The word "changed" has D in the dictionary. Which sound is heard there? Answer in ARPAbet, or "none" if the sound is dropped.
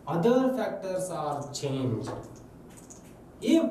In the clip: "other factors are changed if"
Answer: none